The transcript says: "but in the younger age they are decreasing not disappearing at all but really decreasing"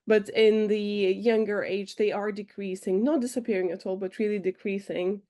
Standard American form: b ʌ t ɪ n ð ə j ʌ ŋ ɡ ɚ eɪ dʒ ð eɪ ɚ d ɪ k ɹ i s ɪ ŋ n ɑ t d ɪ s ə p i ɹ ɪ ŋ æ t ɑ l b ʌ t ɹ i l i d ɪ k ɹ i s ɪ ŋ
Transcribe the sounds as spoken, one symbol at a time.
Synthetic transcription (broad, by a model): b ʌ t ɪ n ð ə j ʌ ŋ ɡ ɚ eɪ dʒ ð eɪ ɚ d ɪ k ɹ i s ɪ ŋ n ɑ t d ɪ s ə p i ɹ ɪ ŋ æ t ɑ l b ʌ t ɹ i l i d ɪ k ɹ i s ɪ ŋ